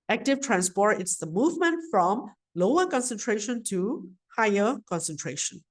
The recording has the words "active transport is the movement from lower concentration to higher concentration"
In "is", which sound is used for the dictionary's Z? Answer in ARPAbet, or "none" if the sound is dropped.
S